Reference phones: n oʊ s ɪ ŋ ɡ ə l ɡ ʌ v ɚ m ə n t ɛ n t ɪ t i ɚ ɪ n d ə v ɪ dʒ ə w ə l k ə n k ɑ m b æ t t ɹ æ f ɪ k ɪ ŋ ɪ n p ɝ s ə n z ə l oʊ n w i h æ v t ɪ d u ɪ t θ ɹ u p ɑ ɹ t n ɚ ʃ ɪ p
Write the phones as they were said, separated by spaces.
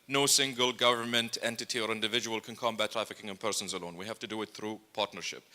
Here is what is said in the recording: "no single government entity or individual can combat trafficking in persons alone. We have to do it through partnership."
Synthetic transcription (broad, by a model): n oʊ s ɪ ŋ ɡ ə l ɡ ʌ v ɚ m ə n t ɛ n t ɪ t i ɚ ɪ n d ə v ɪ dʒ ə w ə l k ə n k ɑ m b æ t t ɹ æ f ɪ k ɪ ŋ ɪ n p ɝ s ə n z ə l oʊ n w i h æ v t ɪ d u ɪ t θ ɹ u p ɑ ɹ t n ɚ ʃ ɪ p